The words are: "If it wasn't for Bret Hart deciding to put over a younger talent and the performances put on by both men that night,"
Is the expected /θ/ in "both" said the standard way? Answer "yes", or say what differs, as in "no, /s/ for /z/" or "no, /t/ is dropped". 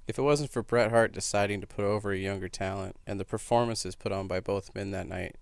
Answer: yes